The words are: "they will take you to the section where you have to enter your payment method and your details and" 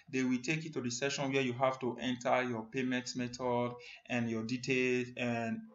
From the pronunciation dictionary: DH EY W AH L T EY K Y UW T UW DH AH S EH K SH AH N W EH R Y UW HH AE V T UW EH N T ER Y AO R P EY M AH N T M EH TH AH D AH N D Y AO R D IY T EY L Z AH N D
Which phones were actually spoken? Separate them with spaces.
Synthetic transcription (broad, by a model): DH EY W AH L T EY K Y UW T UW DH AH S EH SH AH N W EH Y UW HH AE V T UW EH N T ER Y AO P EY M AH N T M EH T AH D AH N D Y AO D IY T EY L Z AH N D